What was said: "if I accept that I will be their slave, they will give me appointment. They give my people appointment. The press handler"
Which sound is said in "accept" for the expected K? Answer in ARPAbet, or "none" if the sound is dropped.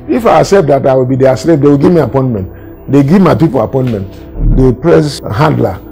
none